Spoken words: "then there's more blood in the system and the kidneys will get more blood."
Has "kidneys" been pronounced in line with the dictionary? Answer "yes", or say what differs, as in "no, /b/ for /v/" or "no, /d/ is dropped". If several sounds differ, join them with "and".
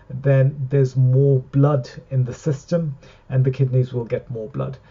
yes